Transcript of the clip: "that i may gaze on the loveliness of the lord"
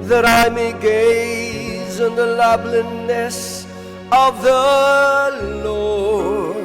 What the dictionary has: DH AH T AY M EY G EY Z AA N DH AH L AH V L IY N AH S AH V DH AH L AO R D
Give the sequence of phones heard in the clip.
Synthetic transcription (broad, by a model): DH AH T AY M EY G EY Z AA N DH AH L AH B L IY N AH S AH V DH AH L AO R